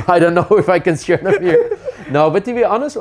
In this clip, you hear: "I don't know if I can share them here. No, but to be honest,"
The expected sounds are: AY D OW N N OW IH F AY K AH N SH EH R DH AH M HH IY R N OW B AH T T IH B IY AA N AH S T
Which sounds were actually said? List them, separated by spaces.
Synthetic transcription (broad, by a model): AY D OW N N OW IH F AY K AH N S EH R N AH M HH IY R N OW B AH T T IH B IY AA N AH S T